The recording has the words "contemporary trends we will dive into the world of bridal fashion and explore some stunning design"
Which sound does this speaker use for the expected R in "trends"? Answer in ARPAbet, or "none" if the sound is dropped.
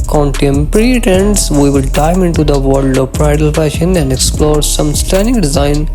none